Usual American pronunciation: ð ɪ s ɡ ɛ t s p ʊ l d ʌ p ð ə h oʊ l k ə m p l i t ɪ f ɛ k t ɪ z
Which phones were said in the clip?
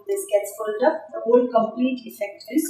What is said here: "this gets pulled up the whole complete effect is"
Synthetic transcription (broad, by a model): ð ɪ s ɡ ɛ t s f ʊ l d ʌ p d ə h oʊ l k ə m p l i t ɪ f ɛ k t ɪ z